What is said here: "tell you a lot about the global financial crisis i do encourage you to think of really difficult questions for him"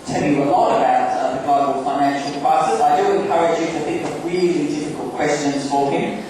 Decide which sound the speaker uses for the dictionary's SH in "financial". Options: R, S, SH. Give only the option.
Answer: SH